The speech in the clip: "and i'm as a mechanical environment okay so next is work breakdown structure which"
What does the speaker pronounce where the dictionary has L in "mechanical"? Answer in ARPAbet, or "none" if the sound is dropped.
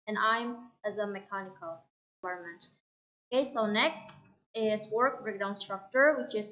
L